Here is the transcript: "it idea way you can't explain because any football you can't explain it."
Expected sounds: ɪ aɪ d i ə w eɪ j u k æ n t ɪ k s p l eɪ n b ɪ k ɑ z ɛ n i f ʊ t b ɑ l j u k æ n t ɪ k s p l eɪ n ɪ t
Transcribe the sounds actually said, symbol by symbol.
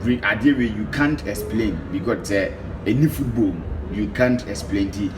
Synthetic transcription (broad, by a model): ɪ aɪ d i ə w eɪ j u k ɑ n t ɪ k s p l eɪ n b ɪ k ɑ s ɛ n i f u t b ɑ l j u k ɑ n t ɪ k s p l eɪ n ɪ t